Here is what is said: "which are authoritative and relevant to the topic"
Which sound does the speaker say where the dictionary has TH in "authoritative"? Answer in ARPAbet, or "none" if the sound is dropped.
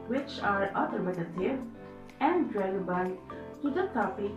T